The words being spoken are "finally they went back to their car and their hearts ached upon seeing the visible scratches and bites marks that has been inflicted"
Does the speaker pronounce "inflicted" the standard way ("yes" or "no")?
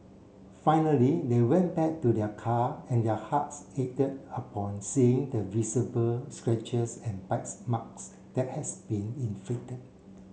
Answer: no